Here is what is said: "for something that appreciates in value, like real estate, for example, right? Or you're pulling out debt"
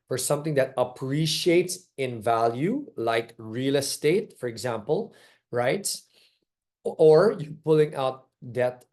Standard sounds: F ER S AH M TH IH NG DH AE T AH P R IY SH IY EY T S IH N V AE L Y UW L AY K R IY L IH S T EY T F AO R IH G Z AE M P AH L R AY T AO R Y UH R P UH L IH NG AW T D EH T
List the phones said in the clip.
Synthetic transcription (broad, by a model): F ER S AH M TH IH NG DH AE T AH P R IY SH IY EY T S IH N V AE L Y UW L AY K R IY L IH S T EY T F AO R IH G Z AE M P AH L R AY T AO R Y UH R P UH L IH NG AW T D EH T